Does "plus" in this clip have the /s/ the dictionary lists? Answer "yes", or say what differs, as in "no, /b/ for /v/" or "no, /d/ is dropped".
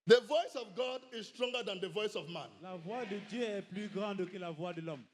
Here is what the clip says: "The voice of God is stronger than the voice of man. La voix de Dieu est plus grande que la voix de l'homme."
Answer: no, /s/ is dropped